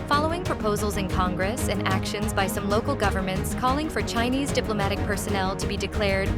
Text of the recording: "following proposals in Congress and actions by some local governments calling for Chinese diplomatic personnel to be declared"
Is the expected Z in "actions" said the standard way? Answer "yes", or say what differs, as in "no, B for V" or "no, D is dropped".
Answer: yes